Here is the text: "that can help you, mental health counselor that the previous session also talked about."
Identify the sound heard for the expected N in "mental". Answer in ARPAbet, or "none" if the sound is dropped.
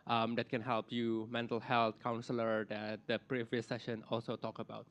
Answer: N